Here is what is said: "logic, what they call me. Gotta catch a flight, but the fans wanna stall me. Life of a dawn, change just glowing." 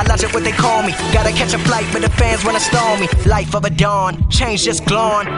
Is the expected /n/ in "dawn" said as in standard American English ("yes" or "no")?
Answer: yes